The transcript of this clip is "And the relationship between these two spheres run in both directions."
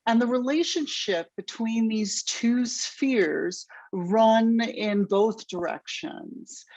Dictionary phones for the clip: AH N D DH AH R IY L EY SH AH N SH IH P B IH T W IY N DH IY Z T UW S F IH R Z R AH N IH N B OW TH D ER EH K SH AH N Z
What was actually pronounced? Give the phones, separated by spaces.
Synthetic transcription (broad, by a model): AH N DH AH R IY L EY SH AH N SH IH P B IH T W IY N DH IY Z T UW S F IH R Z R AH N IH N B OW TH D ER EH K SH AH N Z